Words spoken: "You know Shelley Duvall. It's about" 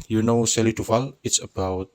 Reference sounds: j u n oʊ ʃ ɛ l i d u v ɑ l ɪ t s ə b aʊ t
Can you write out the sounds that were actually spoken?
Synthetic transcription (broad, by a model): j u n oʊ s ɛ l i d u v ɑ l ɪ t s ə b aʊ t